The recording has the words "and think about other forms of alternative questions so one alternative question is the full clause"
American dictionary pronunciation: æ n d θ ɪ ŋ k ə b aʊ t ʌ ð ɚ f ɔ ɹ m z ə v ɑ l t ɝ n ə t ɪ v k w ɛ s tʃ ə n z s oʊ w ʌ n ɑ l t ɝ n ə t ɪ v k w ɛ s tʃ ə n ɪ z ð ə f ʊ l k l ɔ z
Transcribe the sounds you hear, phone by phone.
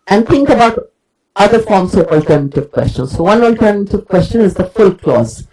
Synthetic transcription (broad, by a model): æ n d t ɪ ŋ k ə b aʊ t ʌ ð ɚ f ɔ ɹ m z ə v ɑ l t ɝ n ə t ɪ v k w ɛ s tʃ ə n s oʊ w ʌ n ɑ l t ɝ n ə t ɪ v k w ɛ s tʃ ə n ɪ z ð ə f ʊ l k l ɔ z